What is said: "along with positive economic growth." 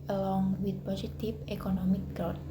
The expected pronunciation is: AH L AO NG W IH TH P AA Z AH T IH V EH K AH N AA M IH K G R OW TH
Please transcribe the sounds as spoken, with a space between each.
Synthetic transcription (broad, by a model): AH L AO NG W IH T P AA S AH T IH F EH K AH N AA M IH K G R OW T